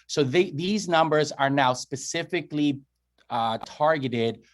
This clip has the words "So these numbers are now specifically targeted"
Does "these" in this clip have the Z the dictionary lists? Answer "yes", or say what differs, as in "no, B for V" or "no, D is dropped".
yes